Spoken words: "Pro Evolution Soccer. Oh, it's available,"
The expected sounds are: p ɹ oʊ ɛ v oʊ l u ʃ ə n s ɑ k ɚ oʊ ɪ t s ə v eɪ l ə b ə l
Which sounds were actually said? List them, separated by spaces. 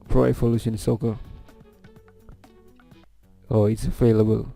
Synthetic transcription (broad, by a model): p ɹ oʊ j p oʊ l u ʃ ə n s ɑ k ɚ oʊ ɪ t s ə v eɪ l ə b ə l